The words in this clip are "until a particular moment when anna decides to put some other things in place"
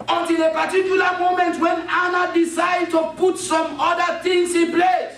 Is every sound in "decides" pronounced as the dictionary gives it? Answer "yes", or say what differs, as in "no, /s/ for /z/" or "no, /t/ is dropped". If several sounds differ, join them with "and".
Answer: no, /z/ is dropped